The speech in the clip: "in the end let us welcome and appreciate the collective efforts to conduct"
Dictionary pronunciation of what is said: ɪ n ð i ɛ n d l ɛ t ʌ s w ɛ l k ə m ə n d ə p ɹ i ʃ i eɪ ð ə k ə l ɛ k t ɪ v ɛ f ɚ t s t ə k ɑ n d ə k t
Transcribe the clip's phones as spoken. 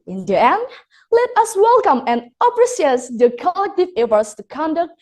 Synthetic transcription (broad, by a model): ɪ n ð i ɛ n d l ɛ t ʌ s w ɛ l k ə m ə n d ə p ɹ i s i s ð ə k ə l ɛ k t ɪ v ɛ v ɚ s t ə k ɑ n d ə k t